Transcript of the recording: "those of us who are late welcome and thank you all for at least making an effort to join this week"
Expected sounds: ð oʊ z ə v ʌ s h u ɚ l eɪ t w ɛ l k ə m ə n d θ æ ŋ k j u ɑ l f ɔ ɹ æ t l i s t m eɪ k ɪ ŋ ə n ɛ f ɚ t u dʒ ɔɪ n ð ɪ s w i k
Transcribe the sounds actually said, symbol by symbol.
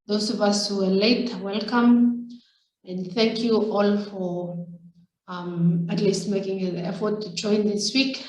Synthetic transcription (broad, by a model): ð oʊ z ə v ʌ s h u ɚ l eɪ t w ɛ l k ə m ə n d θ æ ŋ k j u ɑ l f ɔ ɹ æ t l i s t m eɪ k ɪ ŋ ə n ɛ f ɚ t u dʒ ɔɪ n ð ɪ s w i k